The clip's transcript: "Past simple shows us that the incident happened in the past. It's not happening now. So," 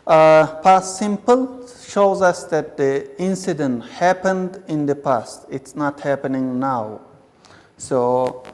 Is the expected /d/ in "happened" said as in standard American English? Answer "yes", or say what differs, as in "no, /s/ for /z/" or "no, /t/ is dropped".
yes